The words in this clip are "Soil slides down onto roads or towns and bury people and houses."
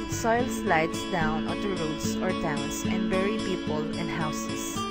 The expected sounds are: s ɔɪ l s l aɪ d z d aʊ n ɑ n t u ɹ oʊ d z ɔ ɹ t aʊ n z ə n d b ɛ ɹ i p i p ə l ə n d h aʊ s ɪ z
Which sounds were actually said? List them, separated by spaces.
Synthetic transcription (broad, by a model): s ɔɪ l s l aɪ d s d aʊ n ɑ t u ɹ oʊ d s ɔ ɹ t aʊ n s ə n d b ɛ ɹ i p i p ə l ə n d h aʊ s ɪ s